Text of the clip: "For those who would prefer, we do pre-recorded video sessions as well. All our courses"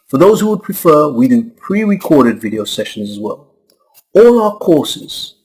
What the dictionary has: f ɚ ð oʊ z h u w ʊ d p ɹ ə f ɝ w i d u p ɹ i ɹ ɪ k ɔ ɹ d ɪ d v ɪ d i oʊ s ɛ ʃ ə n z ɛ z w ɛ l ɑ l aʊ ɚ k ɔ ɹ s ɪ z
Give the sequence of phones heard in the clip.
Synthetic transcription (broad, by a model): f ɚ ð oʊ z h u w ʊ d p ɹ ə f ɝ w i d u p ɹ i ɹ ɪ k ɔ ɹ d ɪ d v ɪ d i oʊ s ɛ ʃ ə n z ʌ z w ɛ l ɑ l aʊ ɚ k ɔ ɹ s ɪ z